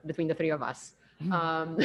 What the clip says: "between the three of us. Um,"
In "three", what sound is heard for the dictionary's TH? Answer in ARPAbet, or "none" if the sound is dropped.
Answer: TH